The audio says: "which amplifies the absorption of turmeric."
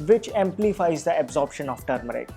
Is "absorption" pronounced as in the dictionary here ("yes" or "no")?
yes